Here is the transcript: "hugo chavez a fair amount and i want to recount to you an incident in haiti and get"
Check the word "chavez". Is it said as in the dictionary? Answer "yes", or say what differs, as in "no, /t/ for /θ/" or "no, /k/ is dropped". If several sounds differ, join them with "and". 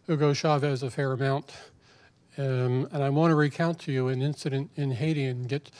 yes